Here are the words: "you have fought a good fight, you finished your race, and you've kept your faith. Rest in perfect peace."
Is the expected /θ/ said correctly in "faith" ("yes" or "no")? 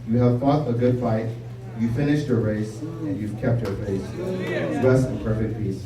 no